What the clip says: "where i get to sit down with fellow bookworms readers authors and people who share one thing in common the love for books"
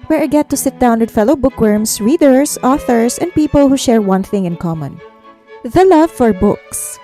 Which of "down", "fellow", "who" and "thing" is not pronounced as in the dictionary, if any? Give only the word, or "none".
none